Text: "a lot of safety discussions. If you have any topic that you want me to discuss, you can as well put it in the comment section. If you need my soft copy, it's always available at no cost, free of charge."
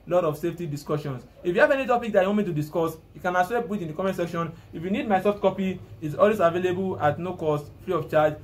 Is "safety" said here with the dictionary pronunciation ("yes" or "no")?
yes